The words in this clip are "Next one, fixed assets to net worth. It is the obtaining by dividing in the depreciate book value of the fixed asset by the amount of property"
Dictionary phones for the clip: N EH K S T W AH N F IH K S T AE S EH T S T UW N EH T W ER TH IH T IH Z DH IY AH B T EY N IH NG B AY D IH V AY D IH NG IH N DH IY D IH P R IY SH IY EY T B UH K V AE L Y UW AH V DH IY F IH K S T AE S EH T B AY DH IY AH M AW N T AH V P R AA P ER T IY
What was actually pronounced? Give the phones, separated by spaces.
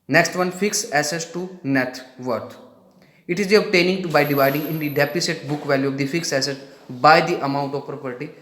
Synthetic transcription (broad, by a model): N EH K S T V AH N F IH K S AE S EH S T UW N EH T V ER T IH T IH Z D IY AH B T EY N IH NG B AY D IH V AY D IH NG IH N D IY D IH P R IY S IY T B UH K V AE L Y UW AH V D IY F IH K S AE S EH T B AY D IY AH M AW N T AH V P R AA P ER T IY